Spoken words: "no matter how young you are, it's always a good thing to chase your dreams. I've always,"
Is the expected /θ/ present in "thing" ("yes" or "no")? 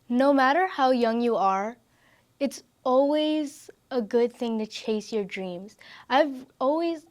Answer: yes